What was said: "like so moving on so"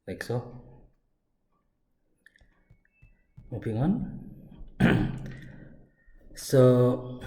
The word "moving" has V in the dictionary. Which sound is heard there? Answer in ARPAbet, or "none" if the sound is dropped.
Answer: P